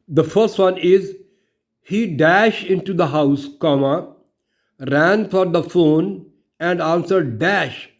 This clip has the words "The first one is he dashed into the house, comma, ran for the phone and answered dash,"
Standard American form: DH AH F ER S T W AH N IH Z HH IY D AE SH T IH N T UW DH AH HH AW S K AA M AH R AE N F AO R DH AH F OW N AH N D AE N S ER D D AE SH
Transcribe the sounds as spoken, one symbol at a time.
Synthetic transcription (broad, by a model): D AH F ER S T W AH N IH Z HH IY D AE SH T IH N T UW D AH HH AW S K AA M AH R AE N F AO R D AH F OW N AH N D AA N S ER D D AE SH